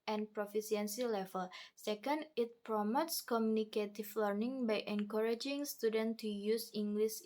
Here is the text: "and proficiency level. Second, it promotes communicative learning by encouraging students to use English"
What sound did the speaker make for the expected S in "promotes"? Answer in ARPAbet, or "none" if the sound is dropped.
S